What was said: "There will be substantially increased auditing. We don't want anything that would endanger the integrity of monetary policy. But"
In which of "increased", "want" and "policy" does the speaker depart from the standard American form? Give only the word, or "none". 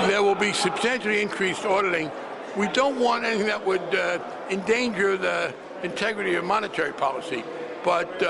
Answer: none